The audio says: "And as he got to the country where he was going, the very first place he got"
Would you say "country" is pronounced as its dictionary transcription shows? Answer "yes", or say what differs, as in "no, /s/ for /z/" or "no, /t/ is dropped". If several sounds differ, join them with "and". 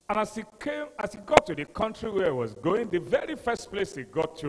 yes